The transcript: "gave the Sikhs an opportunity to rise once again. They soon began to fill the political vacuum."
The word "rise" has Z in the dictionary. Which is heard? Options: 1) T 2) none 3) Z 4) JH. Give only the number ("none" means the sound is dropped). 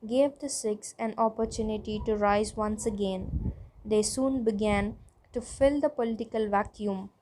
3